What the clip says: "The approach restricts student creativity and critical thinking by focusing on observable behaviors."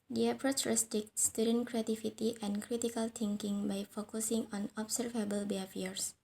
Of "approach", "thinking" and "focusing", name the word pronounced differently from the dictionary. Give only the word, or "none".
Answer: thinking